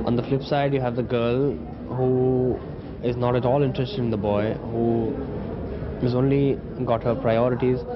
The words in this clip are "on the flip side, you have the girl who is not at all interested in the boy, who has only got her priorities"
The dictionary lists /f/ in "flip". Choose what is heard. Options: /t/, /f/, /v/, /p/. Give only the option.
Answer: /f/